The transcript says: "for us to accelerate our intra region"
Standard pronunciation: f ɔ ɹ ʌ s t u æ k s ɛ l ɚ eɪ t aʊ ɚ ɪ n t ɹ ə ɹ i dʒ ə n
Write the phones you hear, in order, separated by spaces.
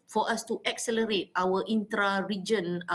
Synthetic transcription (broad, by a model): f ɔ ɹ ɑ s t u æ k s ɛ l ɚ eɪ t aʊ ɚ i n t ɹ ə ɹ i dʒ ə n